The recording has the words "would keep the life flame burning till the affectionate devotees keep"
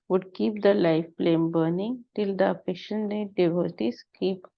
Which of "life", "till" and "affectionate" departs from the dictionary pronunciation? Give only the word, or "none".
affectionate